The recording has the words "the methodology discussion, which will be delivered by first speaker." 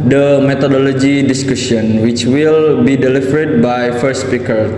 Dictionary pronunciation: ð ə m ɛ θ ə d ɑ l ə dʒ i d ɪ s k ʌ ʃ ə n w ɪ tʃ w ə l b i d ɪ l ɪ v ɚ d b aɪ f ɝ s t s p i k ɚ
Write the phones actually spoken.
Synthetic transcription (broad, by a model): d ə m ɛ t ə d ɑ l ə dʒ i d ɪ s k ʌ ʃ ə n w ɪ tʃ w ə l b i d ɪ l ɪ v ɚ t b aɪ f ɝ t s p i k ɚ